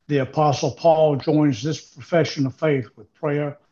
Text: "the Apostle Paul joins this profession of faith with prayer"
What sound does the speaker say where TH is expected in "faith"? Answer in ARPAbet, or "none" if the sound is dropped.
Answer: TH